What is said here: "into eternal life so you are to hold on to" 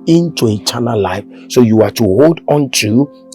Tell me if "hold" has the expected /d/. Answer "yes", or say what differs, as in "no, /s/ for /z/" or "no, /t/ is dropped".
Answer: yes